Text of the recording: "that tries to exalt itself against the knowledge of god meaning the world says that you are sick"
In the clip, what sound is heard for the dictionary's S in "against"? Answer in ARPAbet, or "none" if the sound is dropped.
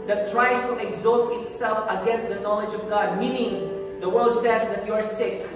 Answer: S